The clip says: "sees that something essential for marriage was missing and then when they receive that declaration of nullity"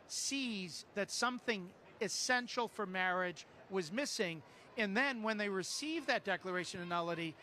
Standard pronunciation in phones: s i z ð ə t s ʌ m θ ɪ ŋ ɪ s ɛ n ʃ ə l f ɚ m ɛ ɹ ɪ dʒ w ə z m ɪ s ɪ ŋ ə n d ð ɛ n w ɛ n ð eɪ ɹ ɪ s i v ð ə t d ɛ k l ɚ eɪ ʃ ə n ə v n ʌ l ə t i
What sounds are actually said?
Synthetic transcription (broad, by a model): s i z ð ə t s ʌ m θ ɪ ŋ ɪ s ɛ n ʃ l f ɚ m ɛ ɹ ɪ dʒ w ə z m ɪ s ɪ ŋ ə n ð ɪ n w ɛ n ð eɪ ɹ ɪ s i v ð ə t d ɛ k l ɚ eɪ ʃ ə n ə n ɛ l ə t i